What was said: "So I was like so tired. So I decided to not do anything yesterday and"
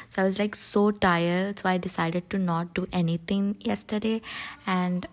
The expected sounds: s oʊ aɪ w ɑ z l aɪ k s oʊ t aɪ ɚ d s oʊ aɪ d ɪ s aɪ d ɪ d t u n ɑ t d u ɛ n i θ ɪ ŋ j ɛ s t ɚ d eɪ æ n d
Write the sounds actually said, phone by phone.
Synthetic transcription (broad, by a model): s oʊ aɪ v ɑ z l aɪ k s oʊ t aɪ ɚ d s oʊ aɪ d ɪ s aɪ d ɪ d t u n ɑ t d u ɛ n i t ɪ ŋ j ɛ s t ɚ d eɪ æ n d